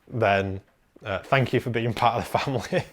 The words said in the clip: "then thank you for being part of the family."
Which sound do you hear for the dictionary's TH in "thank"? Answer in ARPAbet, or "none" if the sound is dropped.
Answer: TH